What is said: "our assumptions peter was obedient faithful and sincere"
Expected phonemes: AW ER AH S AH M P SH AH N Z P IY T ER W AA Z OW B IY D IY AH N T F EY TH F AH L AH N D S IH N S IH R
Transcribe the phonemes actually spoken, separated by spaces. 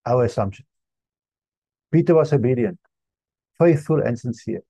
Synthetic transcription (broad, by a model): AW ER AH S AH M P SH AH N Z P IY T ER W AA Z OW B IY D IY AH N T F EY TH F AH L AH N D S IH N S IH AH